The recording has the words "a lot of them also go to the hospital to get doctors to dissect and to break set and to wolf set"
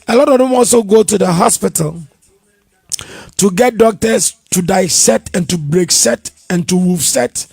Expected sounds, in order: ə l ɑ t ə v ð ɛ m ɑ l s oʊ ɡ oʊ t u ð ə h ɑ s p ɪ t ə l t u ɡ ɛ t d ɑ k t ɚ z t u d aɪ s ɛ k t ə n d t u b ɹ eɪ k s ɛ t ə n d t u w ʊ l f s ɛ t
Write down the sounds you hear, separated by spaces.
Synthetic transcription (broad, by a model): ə l ɑ t ə v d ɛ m ɑ l s oʊ ɡ oʊ t u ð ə h ɑ s p ɪ t ə l t u ɡ ɛ t d ɑ k t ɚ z t u d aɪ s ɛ t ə n t u b ɹ eɪ k s ɛ t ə n t u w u f s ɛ t